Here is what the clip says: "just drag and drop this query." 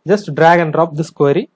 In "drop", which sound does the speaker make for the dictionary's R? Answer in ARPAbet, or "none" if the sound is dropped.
R